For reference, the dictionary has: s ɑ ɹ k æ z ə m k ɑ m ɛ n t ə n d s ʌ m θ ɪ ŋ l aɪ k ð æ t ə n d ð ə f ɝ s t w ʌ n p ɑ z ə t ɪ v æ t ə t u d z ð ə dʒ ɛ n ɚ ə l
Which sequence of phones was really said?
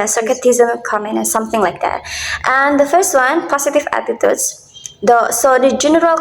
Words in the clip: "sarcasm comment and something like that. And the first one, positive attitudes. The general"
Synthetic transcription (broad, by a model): s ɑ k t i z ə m k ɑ m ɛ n ə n s ʌ m θ ɪ ŋ l aɪ k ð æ t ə n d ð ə f ɝ s t w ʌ n p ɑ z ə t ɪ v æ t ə t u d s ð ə dʒ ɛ n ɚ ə l